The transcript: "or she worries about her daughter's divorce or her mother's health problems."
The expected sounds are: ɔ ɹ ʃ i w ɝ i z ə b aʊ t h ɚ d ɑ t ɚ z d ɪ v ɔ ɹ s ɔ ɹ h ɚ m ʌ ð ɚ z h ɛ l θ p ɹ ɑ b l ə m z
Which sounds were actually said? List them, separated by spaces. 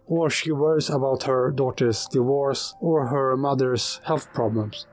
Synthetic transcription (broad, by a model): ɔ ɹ ʃ i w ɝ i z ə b aʊ t h ɚ d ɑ t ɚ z d ɪ v ɔ ɹ s ɔ ɹ h ɚ m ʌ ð ɚ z h ɛ l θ p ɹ ɑ b l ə m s